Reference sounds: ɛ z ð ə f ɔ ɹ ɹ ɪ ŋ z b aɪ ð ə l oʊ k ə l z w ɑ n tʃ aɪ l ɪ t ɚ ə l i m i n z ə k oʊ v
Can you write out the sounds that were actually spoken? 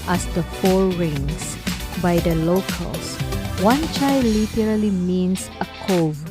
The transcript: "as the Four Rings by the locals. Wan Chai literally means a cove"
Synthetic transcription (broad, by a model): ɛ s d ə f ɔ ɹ ɹ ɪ ŋ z b aɪ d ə l oʊ k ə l s w ɑ n tʃ aɪ l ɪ t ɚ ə l i m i n s ə k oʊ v